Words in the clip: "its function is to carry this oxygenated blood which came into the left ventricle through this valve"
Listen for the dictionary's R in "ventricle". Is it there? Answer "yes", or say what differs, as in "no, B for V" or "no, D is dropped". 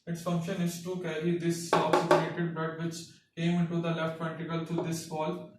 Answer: no, R is dropped